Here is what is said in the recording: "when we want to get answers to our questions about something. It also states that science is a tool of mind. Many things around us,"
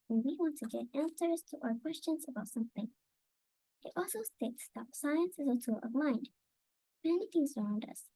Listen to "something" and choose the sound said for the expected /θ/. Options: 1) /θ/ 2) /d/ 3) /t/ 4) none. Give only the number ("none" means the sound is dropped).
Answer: 1